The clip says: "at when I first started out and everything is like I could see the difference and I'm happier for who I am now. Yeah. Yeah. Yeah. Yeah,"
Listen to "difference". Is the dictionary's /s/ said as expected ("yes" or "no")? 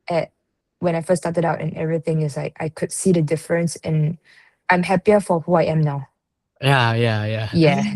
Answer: yes